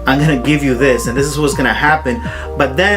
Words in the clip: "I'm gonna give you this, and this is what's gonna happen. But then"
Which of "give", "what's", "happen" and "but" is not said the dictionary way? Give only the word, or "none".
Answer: none